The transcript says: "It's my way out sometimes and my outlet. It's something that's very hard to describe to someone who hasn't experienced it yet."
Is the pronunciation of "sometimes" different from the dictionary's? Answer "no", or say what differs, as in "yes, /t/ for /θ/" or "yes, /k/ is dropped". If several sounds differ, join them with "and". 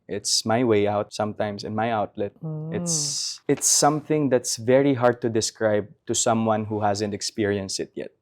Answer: yes, /s/ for /z/